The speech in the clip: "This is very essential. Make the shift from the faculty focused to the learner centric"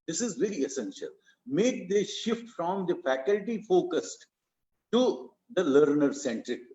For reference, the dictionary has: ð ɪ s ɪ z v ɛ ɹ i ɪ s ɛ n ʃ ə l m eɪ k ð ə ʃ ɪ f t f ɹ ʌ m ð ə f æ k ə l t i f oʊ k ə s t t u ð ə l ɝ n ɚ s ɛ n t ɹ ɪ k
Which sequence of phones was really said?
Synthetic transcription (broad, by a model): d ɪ s ɪ z v ɛ ɹ i ɪ s ɛ n ʃ ə l m eɪ k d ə ʃ ɪ f t f ɹ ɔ m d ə f æ k ə l t i f oʊ k ə s t t u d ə l ɝ n ɚ s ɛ n t ɹ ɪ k